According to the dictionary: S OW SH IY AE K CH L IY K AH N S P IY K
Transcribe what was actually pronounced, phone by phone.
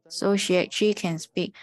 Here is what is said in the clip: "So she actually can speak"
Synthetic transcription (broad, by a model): S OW SH IY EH CH IY K AH N S P IY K